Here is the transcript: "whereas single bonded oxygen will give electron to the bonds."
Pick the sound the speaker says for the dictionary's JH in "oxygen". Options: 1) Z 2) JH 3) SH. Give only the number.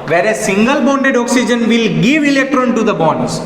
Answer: 2